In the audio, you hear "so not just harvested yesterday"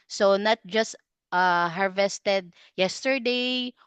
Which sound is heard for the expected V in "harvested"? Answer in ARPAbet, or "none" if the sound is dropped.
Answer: V